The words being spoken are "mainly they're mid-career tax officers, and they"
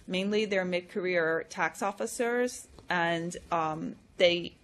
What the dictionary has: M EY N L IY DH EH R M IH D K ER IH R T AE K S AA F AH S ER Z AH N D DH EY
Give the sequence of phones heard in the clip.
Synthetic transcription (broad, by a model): M EY N L IY DH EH R M IH D K ER IH R T AE K S AA F AH S ER Z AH N DH EY